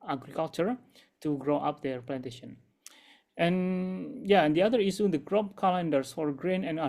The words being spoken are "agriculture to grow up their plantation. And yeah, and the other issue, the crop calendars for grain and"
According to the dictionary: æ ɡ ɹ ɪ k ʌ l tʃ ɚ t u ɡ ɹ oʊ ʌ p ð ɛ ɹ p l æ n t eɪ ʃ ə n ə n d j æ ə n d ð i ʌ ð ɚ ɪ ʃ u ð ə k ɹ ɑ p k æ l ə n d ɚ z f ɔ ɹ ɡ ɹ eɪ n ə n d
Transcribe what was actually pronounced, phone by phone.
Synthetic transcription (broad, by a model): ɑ ɡ ɹ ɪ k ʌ l tʃ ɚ t u ɡ ɹ oʊ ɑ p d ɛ ɹ p l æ n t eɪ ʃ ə n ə n j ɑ ə n d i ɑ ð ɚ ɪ s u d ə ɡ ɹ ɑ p k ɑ l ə n d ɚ s f ɔ ɹ ɡ ɹ eɪ n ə n